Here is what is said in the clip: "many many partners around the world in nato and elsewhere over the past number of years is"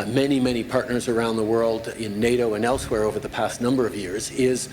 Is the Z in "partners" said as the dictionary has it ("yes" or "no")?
yes